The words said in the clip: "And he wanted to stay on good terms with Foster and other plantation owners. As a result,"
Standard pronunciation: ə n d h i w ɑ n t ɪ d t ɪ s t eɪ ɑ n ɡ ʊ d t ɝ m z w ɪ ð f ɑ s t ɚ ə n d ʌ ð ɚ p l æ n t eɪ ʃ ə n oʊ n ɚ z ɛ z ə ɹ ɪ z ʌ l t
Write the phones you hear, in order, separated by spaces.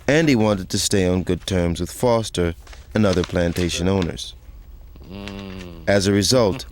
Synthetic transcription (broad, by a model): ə n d i w ɑ n t ɪ d t ɪ s t eɪ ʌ n ɡ ʊ d t ɝ m z w ɪ ð f ɑ s t ɚ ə n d ʌ ð ɚ p l æ n t eɪ ʃ ə n oʊ n ɚ z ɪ z ə ɹ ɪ z ʌ l t